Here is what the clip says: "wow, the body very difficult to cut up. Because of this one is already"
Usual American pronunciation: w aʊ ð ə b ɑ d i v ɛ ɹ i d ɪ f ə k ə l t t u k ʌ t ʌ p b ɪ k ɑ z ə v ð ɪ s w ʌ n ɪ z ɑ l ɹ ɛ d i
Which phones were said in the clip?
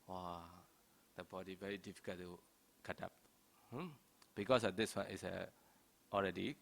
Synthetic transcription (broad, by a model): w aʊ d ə b ɑ d i v ɛ ɹ i d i f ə k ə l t t u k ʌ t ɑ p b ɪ k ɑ s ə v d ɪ s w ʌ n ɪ s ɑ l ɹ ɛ d i